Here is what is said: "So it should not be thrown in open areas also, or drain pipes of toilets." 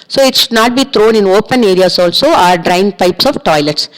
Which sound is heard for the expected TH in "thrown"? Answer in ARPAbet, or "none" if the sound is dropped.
T